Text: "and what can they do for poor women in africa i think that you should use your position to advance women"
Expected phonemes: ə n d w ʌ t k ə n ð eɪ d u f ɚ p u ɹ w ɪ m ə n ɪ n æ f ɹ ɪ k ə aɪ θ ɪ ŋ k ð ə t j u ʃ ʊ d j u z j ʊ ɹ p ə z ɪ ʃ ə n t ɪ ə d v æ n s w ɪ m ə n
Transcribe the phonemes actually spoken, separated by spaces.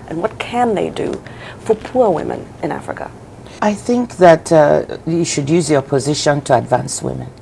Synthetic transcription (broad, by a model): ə n w ʌ t k ə n ð eɪ d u f ɚ p u ɹ w ɪ m ə n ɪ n æ f ɹ ɪ k ə aɪ θ ɪ ŋ k ð ə t j u ʃ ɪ d j u z j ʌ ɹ p ə z ɪ ʃ ə n t ɪ ə d v æ n s w ɪ m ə n